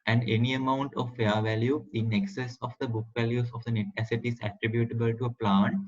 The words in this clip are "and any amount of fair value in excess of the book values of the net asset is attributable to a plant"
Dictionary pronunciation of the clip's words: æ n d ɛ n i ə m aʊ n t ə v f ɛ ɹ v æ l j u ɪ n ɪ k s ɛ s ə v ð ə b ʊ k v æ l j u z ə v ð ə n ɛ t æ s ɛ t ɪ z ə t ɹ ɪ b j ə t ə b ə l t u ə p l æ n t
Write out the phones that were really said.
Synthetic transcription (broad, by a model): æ n d ɛ n i ə m aʊ n t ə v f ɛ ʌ v æ l j u ɪ n ɪ k s ɛ s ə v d ə b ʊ k v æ l j u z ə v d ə n ɛ t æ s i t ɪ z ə t ɹ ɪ b j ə t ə b ə l t u ə p l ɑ n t